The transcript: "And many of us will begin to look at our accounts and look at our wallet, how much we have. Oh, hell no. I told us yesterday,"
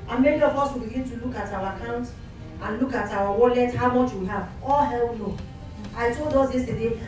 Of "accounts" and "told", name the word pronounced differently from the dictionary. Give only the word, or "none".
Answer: accounts